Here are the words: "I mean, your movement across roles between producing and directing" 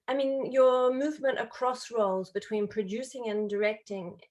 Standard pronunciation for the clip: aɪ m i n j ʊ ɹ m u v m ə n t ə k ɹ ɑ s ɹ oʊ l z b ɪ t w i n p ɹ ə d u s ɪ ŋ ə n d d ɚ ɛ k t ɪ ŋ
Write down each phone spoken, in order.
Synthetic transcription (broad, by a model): aɪ m i n j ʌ ɹ m u v m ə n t ə k ɹ ɑ s ɹ oʊ l z b ɪ t w i n p ɹ ə d u s ɪ ŋ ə n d d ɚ ɛ k t ɪ ŋ